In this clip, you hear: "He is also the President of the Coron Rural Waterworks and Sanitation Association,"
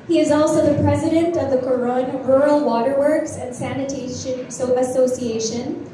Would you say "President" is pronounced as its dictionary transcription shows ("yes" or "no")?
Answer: yes